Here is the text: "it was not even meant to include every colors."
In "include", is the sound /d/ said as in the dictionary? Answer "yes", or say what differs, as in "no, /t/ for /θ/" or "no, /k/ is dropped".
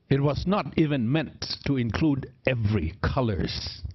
yes